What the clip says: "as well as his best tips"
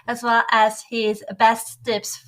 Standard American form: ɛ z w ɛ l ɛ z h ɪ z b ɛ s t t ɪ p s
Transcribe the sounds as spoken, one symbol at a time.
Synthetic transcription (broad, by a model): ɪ z w ɛ l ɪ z h ɪ z b ɛ s t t ɪ p s